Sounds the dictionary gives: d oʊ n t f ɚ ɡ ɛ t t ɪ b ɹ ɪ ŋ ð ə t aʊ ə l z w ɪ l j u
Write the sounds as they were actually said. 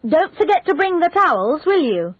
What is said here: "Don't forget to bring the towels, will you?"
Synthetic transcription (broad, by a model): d oʊ n t f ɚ ɡ ɛ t t ɪ b ɹ ɪ ŋ ð ə t aʊ ə l z w ɪ l j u